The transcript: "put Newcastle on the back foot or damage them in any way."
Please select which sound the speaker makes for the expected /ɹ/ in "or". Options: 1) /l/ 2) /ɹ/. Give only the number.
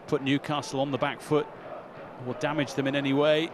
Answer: 1